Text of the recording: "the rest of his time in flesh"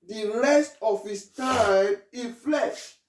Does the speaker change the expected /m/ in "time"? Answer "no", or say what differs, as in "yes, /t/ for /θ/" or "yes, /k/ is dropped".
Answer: yes, /m/ is dropped